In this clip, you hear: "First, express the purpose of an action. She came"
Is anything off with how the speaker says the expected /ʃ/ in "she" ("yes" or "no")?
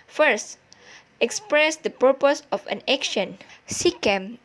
yes